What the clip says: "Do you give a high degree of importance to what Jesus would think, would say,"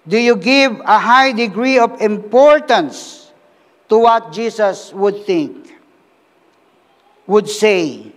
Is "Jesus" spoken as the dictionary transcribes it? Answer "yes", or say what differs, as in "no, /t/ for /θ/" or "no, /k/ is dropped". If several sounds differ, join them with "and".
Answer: no, /s/ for /z/